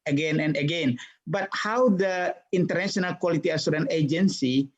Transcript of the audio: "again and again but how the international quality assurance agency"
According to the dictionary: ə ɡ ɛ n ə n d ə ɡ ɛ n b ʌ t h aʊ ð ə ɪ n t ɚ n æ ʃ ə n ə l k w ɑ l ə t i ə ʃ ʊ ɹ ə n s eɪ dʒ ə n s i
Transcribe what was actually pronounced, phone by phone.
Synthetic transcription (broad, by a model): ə ɡ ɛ n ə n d ə ɡ ɛ n b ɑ t h aʊ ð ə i n t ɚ n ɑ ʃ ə n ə l k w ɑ l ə t i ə s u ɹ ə n eɪ dʒ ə n s i